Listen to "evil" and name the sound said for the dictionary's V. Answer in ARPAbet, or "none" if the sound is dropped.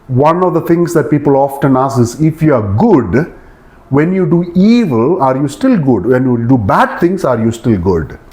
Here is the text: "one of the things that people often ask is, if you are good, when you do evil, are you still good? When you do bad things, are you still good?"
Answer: V